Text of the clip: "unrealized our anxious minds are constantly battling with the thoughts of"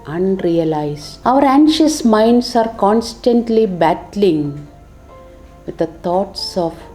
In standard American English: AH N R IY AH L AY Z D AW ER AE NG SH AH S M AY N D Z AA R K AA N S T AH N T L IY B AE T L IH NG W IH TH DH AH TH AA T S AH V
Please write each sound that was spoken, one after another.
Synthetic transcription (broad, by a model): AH N R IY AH L AY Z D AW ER AE NG SH AH S M AY N D S AA R K AA N S T AH N T L IY B AE T L IH NG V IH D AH T AA T S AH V